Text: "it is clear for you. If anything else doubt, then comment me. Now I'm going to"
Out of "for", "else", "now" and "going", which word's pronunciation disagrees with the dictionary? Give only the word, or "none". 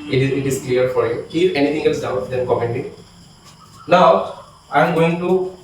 now